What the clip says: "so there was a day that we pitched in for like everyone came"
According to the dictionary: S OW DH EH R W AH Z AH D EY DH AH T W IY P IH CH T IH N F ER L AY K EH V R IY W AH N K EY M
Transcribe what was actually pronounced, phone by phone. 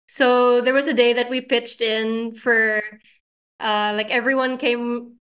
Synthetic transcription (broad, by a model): S OW DH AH R W AH Z AH D EY DH AH T W IY P IH CH T IH N F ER L AY K EH V R IY W AH N K EY M